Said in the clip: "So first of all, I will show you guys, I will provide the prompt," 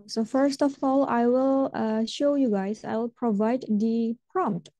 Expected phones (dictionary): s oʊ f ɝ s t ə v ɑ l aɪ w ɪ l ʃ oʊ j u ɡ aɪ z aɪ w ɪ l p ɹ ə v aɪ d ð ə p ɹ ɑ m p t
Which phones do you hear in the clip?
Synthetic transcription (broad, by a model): s oʊ f ɝ s t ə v ɑ l aɪ w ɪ l ʃ oʊ j u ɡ aɪ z aɪ w ɪ l p ɹ ə v aɪ d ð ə p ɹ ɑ m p t